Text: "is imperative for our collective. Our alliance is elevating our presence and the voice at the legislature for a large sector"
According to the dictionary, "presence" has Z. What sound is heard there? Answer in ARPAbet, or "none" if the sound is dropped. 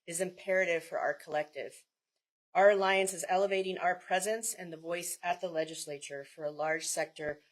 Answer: Z